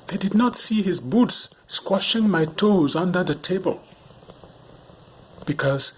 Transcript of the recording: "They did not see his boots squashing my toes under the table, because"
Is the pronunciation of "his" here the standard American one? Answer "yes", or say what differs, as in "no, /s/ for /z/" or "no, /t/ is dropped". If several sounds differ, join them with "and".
yes